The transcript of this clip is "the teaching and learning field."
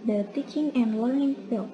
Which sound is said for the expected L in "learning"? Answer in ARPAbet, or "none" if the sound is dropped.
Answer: L